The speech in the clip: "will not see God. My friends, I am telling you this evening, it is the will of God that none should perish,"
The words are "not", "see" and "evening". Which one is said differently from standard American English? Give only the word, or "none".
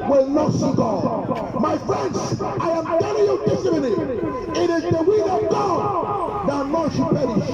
evening